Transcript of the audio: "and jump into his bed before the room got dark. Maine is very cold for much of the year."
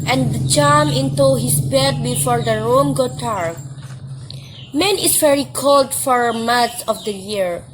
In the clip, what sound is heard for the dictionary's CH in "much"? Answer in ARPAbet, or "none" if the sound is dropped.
S